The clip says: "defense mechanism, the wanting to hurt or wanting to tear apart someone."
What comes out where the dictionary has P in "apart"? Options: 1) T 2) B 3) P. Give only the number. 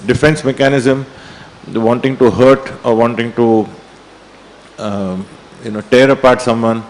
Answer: 3